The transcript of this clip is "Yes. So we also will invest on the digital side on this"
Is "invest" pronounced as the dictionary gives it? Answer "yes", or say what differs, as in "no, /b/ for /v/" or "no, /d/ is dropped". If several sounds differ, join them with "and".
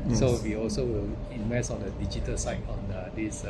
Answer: no, /t/ is dropped